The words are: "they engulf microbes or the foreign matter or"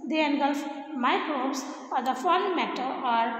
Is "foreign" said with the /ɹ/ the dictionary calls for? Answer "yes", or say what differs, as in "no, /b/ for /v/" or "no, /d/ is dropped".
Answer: no, /l/ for /ɹ/